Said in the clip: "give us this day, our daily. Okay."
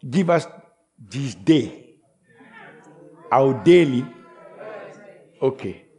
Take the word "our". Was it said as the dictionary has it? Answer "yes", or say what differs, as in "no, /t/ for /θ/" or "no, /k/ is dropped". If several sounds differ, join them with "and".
no, /w/ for /ɹ/